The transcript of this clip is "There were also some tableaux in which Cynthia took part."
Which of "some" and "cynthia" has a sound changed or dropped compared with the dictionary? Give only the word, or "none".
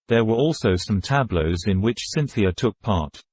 none